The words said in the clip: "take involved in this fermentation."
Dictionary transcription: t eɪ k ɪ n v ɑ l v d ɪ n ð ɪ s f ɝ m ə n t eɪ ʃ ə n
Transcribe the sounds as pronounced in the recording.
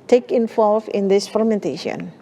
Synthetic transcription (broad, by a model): t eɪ k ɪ n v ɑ l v ɪ n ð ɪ s f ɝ m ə n t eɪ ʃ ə n